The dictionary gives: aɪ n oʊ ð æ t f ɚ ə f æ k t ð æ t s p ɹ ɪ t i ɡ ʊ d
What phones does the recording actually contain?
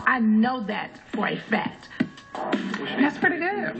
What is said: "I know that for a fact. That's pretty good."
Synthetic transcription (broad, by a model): aɪ n oʊ ð æ t f ɚ ə f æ t ð æ t s p ɹ ɪ t i ɡ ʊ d